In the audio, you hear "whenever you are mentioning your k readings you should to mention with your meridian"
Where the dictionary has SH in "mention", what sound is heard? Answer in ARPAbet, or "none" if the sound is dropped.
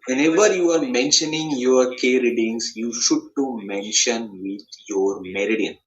SH